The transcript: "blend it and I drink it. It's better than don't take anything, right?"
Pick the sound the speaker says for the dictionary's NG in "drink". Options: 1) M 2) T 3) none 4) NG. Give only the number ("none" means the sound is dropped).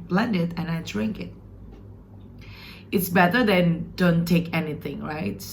4